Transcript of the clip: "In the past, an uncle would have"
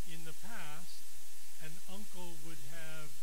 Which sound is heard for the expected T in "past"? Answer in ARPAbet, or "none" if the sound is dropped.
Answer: T